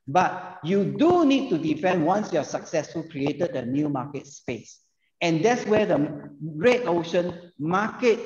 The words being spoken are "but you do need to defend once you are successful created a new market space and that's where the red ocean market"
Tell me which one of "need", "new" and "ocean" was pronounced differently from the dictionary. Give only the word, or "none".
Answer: none